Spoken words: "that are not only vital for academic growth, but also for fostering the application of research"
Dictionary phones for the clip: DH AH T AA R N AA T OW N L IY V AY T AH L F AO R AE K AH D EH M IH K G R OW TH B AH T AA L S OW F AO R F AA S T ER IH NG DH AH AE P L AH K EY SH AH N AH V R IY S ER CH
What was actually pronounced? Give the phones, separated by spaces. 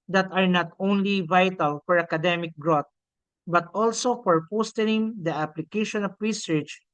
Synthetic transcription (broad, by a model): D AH T AA R N AA T OW N L IY V AY T AH L F AO R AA K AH D EH M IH K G R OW T B AH T AA L S OW F AO R P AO S T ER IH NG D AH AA P L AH K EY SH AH N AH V R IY S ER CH